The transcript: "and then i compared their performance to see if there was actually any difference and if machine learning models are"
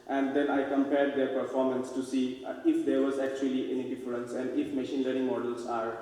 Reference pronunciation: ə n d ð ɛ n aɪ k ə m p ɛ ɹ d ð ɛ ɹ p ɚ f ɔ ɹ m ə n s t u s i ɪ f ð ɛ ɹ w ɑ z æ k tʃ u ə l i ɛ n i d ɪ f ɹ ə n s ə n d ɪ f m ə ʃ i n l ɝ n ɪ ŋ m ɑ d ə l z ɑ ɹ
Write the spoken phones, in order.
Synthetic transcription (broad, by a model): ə n d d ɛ n aɪ k ə m p ɛ ɹ d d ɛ ɹ p ɚ f ɔ ɹ m ə n s t u s i ɪ f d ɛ ɹ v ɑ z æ k tʃ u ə l i ɛ n i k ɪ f l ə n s ə n d ɪ f m ə ʃ i n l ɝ ɪ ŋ m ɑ d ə l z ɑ ɹ